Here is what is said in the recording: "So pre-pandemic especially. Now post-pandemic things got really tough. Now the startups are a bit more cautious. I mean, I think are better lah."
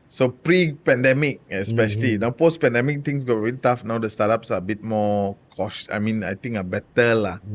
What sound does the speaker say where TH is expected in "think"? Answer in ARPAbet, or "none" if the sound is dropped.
T